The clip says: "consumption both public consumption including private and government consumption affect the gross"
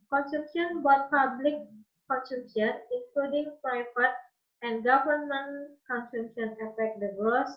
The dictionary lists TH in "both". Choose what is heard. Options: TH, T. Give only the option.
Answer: T